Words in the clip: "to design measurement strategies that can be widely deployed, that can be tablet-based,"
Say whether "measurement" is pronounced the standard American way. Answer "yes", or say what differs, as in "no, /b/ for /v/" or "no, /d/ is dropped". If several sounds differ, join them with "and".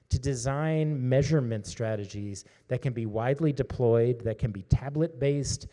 yes